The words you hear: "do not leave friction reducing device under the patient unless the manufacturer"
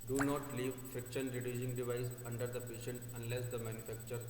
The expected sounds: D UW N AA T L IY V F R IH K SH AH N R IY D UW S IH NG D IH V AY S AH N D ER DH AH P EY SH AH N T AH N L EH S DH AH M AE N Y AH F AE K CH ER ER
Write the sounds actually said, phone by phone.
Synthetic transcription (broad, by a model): D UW N AA T L IY V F IH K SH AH N R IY D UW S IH NG D IH V AY S AH N D ER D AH P EY SH AH N T AH N L EH S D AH M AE N Y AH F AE K CH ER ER